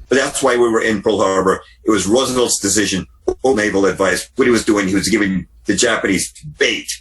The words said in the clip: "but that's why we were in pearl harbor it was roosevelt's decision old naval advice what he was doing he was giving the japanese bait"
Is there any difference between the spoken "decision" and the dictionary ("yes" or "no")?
no